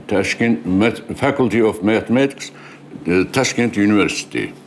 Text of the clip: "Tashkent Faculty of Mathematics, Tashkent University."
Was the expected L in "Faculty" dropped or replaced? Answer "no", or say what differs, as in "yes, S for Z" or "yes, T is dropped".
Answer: no